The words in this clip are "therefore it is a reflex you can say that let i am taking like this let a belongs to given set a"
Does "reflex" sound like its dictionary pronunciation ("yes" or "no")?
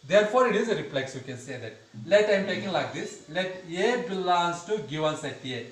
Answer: no